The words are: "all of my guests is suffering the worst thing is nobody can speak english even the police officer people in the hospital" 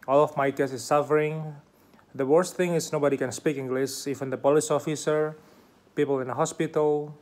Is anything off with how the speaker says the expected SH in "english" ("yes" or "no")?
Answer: yes